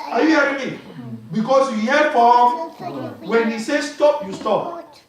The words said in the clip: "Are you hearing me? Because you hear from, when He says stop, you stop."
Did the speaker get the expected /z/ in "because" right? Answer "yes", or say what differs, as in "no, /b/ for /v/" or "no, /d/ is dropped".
no, /s/ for /z/